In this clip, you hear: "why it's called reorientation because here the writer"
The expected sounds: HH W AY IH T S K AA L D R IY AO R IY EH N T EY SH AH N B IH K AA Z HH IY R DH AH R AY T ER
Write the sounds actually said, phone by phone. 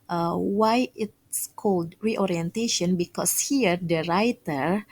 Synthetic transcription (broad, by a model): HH W AY IH T S K AA L D R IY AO R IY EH N T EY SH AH N B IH K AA S HH IY R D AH R AY T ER